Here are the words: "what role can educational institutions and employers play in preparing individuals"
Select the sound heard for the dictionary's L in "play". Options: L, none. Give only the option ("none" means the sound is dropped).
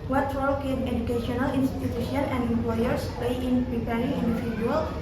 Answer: none